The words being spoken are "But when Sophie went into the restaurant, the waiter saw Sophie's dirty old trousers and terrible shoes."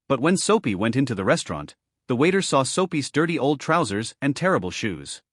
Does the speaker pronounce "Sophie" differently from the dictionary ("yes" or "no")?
yes